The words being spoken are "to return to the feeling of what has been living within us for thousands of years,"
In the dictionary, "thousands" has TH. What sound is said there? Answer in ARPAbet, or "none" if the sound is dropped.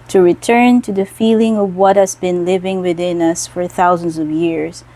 TH